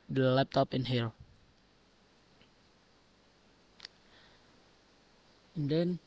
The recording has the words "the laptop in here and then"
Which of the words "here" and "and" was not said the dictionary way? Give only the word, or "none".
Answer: here